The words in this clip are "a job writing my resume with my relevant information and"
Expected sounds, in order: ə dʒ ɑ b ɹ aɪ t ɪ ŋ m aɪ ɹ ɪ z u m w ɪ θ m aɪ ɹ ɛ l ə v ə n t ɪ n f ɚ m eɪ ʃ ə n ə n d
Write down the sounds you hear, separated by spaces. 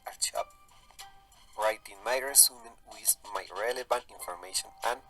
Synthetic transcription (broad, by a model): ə tʃ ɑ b ɹ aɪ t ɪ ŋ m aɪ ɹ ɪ s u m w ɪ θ m aɪ ɹ ɛ l ə v ə n t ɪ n f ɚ m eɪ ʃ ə n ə n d